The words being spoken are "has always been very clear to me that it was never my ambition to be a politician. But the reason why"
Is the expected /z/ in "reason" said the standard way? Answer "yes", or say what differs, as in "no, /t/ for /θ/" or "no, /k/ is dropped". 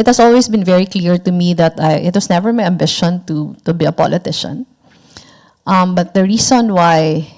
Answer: no, /s/ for /z/